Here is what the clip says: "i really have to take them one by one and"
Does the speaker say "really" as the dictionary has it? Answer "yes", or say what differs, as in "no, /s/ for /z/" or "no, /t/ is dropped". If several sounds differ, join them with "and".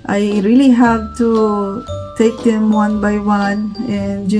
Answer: yes